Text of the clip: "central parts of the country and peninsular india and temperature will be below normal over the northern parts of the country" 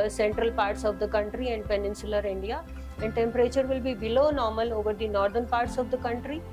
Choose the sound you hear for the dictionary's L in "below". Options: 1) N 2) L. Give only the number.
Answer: 2